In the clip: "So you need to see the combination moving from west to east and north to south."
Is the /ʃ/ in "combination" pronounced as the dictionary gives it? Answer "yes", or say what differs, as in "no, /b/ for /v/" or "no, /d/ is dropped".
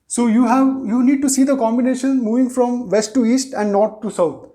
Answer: yes